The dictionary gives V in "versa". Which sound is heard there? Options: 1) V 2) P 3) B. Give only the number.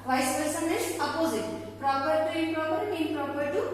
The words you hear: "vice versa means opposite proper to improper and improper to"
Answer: 2